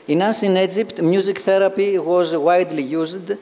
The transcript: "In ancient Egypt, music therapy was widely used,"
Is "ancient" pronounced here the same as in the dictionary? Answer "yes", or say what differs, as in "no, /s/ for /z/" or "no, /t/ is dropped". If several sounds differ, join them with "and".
no, /s/ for /ʃ/ and /t/ is dropped